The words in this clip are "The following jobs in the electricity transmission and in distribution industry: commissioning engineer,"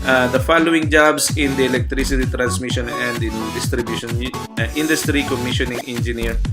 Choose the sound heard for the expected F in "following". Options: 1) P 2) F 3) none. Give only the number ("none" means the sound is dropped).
2